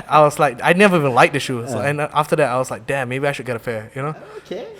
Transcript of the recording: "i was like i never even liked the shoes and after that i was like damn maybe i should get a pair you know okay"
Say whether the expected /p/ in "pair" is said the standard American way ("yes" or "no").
no